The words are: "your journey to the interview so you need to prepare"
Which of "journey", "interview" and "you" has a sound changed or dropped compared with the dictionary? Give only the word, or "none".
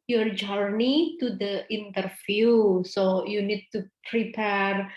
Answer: interview